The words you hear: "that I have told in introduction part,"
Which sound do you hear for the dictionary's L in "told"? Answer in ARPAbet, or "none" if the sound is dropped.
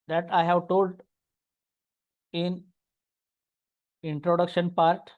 L